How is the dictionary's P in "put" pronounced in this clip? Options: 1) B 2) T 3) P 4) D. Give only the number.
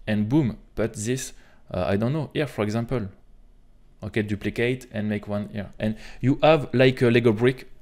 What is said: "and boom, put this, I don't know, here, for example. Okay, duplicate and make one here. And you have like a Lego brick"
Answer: 1